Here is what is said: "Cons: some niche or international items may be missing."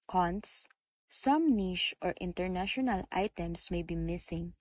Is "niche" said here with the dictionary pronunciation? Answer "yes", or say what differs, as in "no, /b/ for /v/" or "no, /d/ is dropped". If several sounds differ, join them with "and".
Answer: no, /ʃ/ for /tʃ/